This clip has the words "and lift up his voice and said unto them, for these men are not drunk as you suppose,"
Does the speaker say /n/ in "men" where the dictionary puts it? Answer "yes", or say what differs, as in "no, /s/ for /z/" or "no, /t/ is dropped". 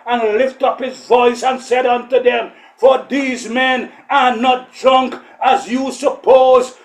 yes